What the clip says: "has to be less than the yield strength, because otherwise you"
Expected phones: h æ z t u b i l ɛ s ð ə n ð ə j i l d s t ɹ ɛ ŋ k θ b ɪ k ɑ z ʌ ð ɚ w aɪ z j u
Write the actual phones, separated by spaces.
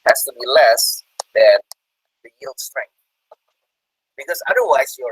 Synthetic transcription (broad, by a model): h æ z t u b i l ɛ s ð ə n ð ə j i l d s t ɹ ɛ ŋ k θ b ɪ k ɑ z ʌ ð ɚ w aɪ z j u